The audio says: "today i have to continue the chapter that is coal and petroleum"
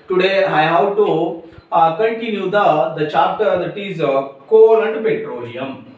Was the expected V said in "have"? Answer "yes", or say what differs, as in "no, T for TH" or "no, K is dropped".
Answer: no, W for V